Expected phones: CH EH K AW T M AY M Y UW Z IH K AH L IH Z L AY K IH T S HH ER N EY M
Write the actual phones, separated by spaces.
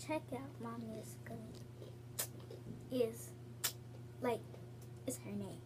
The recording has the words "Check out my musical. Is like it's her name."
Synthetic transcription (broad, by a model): CH EH K AW T M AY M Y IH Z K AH N IH Z L AY K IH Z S HH ER N EY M